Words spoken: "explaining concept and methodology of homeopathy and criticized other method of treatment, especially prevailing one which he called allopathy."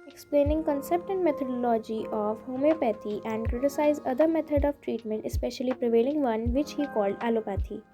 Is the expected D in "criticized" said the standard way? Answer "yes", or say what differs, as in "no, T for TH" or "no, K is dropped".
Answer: no, D is dropped